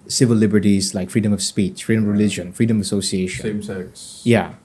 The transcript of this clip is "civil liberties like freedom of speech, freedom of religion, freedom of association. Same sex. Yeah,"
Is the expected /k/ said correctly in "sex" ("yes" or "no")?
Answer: no